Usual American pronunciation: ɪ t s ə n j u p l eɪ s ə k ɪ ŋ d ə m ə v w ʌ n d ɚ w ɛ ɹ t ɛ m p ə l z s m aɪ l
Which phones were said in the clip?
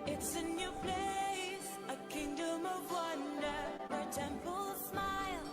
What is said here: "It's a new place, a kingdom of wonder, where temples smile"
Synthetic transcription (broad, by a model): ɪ t s ə n j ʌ p l eɪ s ə k ɪ ŋ d ə m ə v w ʌ n d ɚ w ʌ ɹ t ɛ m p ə l s m aɪ l